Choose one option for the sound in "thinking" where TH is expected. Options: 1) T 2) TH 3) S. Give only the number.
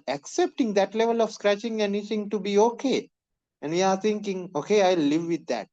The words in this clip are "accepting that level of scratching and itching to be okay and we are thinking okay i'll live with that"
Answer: 1